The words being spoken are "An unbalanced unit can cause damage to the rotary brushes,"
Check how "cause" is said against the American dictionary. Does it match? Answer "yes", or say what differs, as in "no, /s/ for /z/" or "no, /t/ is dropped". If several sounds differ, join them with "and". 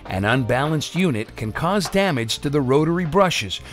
yes